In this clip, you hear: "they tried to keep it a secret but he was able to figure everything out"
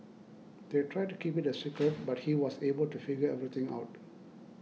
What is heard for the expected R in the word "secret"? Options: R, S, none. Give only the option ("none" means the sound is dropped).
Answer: none